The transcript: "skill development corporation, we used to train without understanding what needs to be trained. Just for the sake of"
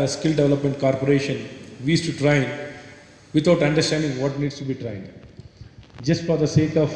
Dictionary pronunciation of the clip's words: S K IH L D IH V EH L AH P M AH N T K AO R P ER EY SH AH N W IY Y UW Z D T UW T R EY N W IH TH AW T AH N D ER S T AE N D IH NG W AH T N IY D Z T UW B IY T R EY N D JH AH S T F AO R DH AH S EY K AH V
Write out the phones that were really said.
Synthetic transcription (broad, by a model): S K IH L D IH V EH L AH P M AH N T K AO R P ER EY SH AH N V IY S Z T UW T R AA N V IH T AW T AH N D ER S T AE N D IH NG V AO T N IY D S T UW B IY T R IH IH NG JH AH S T F AO R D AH S EY K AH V